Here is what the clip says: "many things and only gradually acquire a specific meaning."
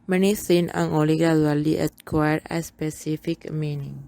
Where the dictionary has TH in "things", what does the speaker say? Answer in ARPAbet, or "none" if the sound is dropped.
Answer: S